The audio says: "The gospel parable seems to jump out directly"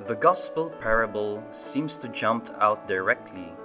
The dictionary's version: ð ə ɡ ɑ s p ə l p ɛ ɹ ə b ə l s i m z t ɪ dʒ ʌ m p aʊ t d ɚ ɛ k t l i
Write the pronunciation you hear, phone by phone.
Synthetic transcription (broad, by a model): ð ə ɡ ɑ s p ə l p ɛ ɹ ə b ə l s i m z t ɪ dʒ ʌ m p aʊ t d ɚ ɛ k t l i